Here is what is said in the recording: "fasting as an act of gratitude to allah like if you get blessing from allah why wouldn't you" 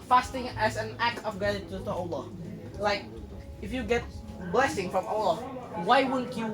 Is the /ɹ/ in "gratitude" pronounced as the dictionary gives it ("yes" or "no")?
no